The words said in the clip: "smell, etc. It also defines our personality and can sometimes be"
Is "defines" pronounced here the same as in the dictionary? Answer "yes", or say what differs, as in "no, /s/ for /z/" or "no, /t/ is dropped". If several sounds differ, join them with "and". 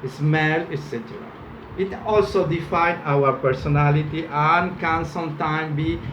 no, /z/ is dropped